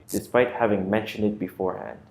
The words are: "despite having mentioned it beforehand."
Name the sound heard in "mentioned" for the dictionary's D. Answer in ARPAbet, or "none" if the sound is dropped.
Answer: D